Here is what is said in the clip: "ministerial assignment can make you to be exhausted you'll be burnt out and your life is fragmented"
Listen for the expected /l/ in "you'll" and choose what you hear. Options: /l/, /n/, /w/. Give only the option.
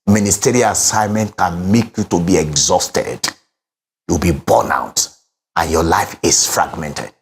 /w/